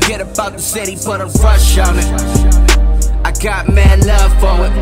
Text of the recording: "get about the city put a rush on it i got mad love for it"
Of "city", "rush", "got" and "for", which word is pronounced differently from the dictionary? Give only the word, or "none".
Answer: for